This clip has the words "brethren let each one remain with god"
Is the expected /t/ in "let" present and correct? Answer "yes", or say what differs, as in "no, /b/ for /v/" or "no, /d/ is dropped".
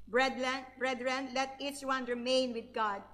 yes